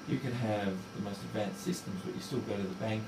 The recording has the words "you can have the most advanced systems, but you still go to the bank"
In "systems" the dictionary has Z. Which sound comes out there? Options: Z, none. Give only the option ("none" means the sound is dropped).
Z